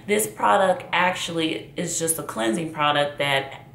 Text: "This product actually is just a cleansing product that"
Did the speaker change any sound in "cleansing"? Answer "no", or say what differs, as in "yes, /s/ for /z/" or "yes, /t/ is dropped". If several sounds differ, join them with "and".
no